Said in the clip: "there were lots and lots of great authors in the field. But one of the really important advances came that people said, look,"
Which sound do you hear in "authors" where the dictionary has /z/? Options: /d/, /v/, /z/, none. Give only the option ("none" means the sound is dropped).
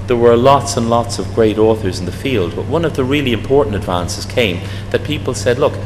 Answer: /z/